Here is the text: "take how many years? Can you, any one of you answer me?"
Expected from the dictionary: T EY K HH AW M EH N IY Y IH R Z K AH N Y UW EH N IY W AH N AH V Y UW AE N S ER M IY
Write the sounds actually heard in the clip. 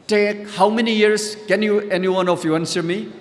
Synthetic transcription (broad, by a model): T EY K HH AW M EH N IY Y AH R S K AH N Y UW EH N IY W AH N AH F Y UW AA N S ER M IY